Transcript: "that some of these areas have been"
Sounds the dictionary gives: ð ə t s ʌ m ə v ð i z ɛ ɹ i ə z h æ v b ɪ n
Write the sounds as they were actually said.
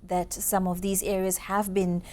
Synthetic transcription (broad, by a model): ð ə t s ʌ m ə v ð i z ɛ ɹ i ə z h æ v b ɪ n